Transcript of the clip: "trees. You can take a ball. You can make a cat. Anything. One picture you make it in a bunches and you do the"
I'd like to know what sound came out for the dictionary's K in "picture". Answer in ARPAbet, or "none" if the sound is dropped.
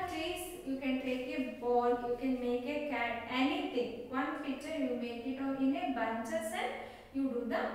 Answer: none